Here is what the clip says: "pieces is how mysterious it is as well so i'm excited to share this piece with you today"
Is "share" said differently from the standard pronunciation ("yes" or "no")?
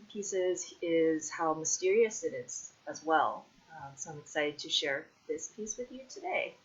no